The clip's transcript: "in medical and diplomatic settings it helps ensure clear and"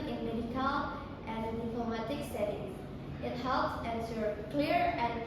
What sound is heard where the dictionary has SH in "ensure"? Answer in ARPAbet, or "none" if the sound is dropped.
S